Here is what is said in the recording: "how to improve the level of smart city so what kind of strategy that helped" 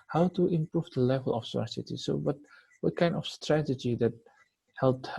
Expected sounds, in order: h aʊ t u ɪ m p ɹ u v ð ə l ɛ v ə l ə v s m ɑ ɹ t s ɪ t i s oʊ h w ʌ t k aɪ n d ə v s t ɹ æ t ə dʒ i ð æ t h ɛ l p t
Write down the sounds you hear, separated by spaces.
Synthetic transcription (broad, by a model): h aʊ t u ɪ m p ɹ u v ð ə l ɛ v ə l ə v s ɑ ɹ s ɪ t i s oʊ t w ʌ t k aɪ n d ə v s t ɹ æ t ə dʒ i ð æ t h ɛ l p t